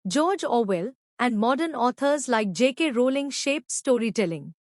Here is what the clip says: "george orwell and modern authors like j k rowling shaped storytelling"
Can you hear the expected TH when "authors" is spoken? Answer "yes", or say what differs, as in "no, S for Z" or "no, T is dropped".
no, T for TH